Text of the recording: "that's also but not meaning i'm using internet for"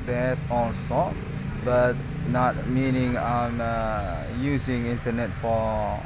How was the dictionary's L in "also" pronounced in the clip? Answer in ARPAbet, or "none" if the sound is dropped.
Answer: N